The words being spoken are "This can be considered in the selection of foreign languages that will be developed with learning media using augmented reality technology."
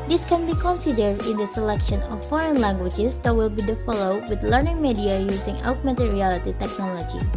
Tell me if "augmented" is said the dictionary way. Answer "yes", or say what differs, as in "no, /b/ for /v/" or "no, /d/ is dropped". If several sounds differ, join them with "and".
no, /n/ is dropped